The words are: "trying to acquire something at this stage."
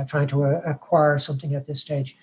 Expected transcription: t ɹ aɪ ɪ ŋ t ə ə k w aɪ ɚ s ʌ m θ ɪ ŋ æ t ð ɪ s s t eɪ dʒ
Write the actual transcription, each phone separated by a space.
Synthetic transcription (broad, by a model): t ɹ aɪ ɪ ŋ t ə ə k w aɪ ɚ s ʌ m θ ɪ ŋ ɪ t ð ɪ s s t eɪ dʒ